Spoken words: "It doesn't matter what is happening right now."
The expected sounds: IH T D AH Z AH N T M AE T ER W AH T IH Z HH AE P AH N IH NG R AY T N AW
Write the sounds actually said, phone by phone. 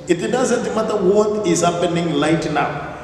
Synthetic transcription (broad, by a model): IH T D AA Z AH N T M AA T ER W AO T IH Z HH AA P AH N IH NG L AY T N AW